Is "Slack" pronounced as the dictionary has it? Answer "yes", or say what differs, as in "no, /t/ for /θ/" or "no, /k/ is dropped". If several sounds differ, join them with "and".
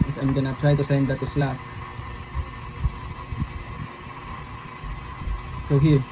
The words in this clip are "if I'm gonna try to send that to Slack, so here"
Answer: no, /l/ is dropped